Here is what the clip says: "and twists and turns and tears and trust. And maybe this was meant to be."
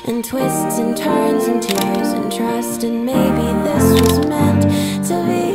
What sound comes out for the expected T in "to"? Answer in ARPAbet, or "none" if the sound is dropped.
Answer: S